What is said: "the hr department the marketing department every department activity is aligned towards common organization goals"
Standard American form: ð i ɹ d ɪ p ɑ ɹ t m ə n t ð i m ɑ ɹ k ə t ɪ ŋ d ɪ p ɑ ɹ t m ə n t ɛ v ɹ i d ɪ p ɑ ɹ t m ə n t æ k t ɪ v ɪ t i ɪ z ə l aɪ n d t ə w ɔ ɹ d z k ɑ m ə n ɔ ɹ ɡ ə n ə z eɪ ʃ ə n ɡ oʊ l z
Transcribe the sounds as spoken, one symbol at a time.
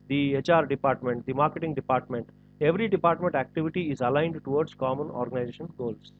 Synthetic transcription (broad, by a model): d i ɹ d ɪ p ɑ ɹ t m ə n t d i m ɑ ɹ k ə t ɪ ŋ d ɪ p ɑ ɹ t m ə n t ɛ v ɹ i d ɪ p ɑ ɹ t m ə n t æ k t ɪ v ɪ t i ɪ z ə l aɪ n d t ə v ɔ ɹ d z k ɑ m ə n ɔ ɹ ɡ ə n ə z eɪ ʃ ə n ɡ oʊ l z